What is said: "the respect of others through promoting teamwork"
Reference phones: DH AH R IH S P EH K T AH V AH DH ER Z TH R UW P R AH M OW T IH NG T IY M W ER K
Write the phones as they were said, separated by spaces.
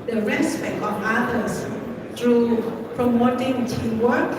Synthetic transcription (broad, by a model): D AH R IH S P EH K T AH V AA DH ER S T R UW P R AH M OW T IH NG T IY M W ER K